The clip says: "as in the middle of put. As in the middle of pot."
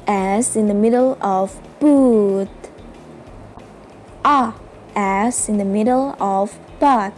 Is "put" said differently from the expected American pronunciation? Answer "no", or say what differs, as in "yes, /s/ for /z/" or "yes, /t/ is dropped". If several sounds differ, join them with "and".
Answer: yes, /b/ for /p/